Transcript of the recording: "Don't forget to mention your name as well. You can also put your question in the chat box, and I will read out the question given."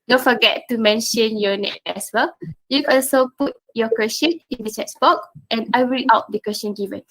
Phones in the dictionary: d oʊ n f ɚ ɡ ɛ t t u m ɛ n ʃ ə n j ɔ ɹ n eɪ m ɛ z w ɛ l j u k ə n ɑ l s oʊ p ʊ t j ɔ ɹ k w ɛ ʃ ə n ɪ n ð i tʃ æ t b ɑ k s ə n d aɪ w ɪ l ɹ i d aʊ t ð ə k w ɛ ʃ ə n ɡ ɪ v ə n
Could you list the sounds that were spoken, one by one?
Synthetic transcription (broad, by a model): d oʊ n f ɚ ɡ ɛ t t u m ɛ n ʃ ə n j ɔ n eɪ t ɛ s w ɛ l j u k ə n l s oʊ p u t j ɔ k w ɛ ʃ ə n ɪ n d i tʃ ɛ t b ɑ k ə n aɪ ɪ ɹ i aʊ t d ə k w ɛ s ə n ɡ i v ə n